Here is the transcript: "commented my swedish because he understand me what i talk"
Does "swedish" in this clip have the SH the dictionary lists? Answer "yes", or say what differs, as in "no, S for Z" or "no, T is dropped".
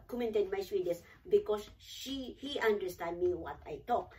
no, S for SH